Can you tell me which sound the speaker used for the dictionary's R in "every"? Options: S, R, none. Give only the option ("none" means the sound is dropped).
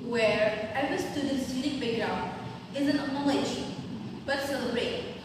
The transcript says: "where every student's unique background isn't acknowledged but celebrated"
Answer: none